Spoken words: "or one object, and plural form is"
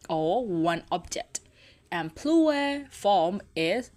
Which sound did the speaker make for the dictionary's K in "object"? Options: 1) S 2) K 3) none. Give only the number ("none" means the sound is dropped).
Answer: 2